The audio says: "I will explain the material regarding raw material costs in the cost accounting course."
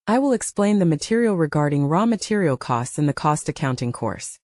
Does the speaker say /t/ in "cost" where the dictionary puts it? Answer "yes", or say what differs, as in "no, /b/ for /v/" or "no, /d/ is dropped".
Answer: yes